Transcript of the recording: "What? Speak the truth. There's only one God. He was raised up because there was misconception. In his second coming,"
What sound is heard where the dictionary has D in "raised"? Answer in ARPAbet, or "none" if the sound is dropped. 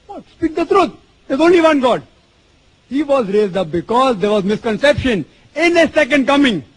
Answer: D